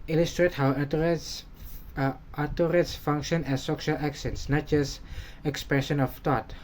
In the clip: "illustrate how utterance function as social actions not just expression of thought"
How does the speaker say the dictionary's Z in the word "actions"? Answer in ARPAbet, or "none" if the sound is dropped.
S